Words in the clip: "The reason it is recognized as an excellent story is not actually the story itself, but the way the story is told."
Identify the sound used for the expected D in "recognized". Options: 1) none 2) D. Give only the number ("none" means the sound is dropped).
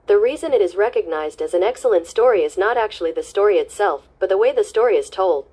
2